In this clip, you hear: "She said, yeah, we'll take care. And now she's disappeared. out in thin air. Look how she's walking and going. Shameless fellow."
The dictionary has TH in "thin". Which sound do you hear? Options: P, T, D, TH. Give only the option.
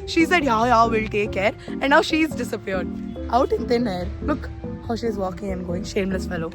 T